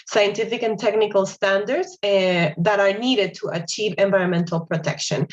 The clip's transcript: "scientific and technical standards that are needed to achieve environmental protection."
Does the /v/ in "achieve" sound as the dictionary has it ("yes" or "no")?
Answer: yes